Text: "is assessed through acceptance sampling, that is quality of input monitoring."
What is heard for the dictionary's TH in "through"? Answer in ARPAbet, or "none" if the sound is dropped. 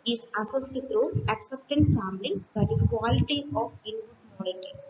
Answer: T